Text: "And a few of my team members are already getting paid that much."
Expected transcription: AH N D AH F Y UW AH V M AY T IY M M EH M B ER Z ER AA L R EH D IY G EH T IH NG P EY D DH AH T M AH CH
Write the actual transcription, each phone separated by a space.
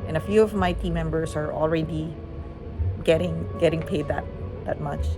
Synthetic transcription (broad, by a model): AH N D AH F Y UW AH V M AY T IY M M EH M B ER S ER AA L R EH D IY G EH T IH NG P EY D DH AH T M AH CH